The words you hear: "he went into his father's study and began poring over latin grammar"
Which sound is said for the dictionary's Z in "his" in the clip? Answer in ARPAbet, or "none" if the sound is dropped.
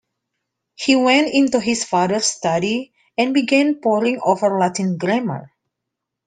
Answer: S